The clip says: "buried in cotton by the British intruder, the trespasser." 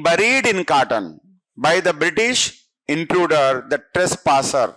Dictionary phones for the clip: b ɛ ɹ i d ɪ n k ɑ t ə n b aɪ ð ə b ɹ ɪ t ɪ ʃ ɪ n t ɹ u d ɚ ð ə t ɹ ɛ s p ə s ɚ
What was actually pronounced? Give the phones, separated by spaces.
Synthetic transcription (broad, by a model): b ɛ ɹ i d ɪ n k ɑ t ə n b aɪ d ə b ɹ ɪ t ɪ ʃ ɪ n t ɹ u d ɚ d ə t ɹ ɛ s p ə s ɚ